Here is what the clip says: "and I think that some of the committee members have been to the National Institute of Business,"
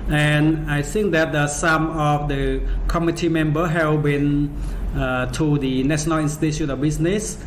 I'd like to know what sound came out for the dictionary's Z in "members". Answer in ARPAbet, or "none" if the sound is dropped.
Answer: none